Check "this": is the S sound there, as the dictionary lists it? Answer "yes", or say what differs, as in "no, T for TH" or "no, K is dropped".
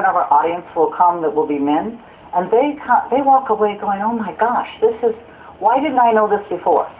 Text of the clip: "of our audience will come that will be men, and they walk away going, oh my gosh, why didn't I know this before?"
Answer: yes